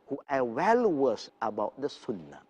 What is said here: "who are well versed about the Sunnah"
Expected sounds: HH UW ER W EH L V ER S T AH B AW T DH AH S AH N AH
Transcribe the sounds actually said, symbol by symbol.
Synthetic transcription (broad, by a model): HH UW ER W EH L W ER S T AH B AW T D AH S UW N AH